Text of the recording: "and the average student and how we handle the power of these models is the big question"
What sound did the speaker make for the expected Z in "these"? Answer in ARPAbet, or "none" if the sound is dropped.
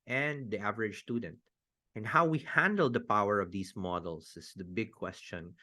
S